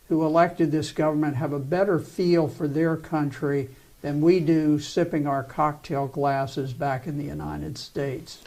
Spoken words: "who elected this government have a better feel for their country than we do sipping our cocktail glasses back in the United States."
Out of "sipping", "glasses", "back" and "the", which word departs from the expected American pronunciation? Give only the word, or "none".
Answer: none